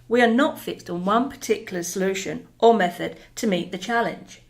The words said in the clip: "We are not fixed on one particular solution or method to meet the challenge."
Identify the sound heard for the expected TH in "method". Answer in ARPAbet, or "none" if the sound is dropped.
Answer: TH